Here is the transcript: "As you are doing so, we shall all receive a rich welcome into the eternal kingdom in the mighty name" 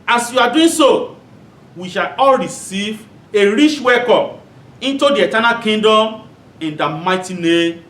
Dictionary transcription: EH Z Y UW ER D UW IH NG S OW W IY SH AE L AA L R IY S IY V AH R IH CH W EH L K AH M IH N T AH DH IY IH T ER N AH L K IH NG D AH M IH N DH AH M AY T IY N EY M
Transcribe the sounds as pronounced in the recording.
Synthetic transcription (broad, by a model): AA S Y UW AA D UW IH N S OW W IY SH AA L AA L R IY S IY V AH R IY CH W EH K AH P IH N T AH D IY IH T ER N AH L K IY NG D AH M IH N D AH M AY T IY N EY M